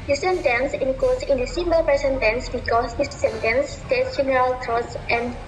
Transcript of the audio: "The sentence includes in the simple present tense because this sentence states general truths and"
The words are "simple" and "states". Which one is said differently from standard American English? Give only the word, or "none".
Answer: simple